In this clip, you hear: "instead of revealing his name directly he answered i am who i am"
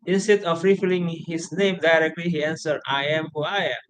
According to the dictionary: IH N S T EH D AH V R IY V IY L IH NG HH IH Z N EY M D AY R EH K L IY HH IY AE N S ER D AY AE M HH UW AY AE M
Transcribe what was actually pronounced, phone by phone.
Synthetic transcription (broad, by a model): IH N S T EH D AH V R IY F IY L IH NG HH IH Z N EY M D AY R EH K L IY HH IY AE N S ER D AY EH M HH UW AY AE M